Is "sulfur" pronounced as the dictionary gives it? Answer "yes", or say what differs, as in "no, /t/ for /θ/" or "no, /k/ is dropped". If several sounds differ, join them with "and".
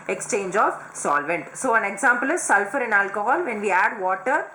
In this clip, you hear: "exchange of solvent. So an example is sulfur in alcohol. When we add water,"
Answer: yes